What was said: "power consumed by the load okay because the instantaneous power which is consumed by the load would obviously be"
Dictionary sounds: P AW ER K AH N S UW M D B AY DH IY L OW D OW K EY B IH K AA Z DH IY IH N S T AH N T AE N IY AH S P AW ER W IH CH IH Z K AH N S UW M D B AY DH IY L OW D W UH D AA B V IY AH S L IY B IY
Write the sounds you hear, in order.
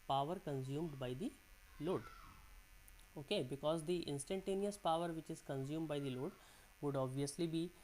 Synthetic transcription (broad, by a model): P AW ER K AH N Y UW M D B AY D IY L OW D OW K EY B IH K AA Z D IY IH N S T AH N T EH N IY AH S P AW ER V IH CH IH Z K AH N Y UW M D B AY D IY L OW D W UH D AA B V IY AH S L IY B IY